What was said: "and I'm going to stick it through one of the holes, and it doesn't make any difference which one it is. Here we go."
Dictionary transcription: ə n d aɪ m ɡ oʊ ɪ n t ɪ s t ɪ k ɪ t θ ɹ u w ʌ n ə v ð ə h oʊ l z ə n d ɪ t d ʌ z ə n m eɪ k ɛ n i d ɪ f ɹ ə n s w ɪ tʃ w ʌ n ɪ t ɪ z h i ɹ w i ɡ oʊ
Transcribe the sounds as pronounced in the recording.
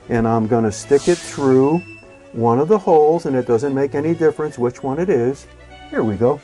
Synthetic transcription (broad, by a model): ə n aɪ m ɡ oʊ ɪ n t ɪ s t ɪ k ɪ t θ ɹ u w ʌ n ə v ð ə h oʊ l z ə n ɪ t d ʌ z ə n m eɪ k ɛ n i d ɪ f ɹ ə n s w ɪ tʃ w ʌ n ɪ t ɪ z h i ɹ w i ɡ oʊ